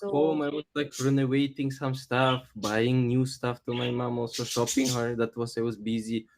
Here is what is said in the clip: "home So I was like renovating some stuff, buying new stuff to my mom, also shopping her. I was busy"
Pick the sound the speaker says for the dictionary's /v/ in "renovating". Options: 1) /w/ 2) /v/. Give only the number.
1